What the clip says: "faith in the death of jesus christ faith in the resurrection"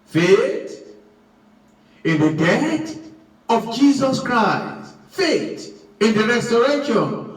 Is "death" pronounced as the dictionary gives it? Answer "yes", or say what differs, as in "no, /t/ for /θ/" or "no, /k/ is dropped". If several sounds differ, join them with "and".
no, /t/ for /θ/